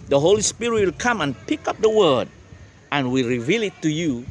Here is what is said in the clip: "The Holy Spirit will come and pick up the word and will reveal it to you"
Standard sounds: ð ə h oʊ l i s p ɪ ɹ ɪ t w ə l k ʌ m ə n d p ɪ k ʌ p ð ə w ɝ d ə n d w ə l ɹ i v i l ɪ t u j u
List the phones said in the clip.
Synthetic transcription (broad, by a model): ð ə h oʊ l i s p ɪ ɹ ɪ t w ə l k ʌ m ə n p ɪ k ʌ p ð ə w ɝ d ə n w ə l ɹ i v i l ɪ t u j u